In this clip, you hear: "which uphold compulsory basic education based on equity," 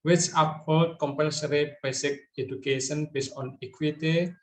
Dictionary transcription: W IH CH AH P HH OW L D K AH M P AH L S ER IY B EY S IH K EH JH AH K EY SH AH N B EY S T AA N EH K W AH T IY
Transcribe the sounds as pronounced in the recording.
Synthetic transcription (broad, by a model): W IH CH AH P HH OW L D K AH M P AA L S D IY B EY S IH K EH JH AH K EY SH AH N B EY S AA N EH K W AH T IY